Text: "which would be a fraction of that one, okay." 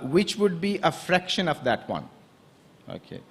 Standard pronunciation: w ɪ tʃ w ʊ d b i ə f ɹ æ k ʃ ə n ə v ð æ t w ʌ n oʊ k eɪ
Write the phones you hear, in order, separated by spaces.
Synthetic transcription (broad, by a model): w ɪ tʃ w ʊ d b i ə f ɹ æ k ʃ ə n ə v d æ t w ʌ n oʊ k eɪ